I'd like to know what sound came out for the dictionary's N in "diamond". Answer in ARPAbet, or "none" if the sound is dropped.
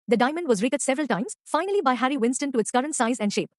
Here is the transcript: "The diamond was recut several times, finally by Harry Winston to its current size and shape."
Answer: N